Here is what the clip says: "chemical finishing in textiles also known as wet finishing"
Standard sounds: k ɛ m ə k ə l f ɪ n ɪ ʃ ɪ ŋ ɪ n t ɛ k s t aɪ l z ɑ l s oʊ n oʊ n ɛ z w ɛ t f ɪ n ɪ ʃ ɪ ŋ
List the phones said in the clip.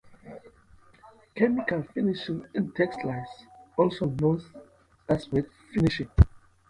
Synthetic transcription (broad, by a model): k ɛ m ə k ə l f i n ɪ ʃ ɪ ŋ ɪ n t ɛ k s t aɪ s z ɑ l s oʊ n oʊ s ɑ s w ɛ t f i n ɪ ʃ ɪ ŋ